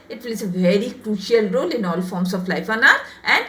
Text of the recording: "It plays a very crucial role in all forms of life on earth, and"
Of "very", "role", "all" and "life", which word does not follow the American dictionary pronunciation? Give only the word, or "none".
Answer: none